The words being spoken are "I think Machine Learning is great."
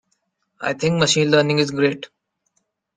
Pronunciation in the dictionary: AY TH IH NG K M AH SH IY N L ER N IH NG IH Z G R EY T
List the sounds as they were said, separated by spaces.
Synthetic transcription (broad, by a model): AY T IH NG K M AH SH IY N L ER N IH NG IH Z G R EY T